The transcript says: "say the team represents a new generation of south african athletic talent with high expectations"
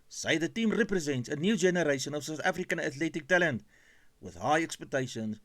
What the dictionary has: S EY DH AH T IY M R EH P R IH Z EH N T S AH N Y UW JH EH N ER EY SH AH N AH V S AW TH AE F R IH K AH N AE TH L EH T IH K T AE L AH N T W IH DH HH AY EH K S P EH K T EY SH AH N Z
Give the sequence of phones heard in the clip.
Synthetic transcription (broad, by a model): S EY DH AH T IY M R EH P R IH Z EH N T S AH N Y UW JH EH N ER EY SH AH N AH V S AW TH AE F R IH K AH N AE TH L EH T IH K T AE L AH N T W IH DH HH AY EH K S P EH K T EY SH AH N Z